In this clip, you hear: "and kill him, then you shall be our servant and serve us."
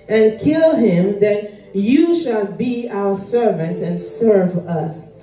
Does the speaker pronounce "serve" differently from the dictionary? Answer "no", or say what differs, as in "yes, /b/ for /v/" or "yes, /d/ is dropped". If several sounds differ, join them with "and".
no